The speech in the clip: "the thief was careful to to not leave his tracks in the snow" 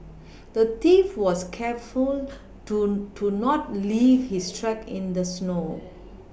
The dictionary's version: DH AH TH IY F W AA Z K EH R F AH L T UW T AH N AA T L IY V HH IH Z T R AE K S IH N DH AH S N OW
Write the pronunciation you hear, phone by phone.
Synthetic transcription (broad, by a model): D AH T IY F W AA S K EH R F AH L T UW N AA T L IY V HH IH S T R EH K IH N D AH S N OW